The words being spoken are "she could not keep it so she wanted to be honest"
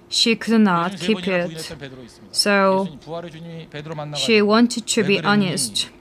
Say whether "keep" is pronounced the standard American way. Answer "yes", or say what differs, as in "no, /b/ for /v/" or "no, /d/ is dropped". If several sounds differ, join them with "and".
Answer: yes